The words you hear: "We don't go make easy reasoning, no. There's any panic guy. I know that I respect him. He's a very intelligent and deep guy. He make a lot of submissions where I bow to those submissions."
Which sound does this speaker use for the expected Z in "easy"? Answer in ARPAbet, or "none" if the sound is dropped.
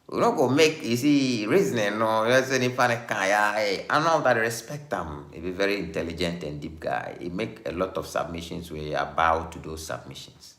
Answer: S